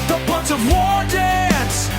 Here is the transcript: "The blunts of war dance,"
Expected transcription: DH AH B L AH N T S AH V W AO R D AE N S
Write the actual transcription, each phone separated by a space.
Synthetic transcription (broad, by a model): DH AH B AH N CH AH V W AO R D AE N S